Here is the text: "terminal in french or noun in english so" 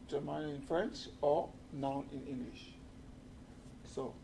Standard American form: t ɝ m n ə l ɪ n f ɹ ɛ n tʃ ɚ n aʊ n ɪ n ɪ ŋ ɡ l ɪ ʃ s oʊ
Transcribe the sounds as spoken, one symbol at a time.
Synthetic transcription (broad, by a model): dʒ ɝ m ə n ɪ n f ɹ ɛ n tʃ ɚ n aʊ n ɪ n ɪ ŋ ɡ l ɪ ʃ s oʊ